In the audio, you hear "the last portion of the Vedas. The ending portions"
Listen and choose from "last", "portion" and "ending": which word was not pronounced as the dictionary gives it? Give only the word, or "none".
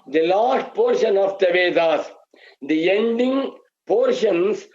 none